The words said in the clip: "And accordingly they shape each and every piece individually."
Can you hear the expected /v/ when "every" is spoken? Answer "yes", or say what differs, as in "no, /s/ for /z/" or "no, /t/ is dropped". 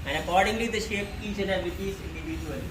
no, /v/ is dropped